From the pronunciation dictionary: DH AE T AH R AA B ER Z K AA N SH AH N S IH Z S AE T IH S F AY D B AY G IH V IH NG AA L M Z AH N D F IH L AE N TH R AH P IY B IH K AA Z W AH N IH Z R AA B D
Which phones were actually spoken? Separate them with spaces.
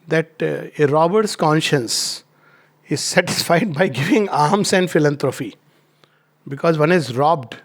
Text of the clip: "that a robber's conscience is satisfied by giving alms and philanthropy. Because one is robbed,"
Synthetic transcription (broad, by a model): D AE T AH R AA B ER S K AA N SH AH N S IH Z S AE T IH S F AY D B AY G IH V IH NG AA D M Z AH N D F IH L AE N T R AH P IY B IH K AA Z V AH N IH Z R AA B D